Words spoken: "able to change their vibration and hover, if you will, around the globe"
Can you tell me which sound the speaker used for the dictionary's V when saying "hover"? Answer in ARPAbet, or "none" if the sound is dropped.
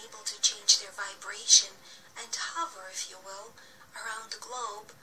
V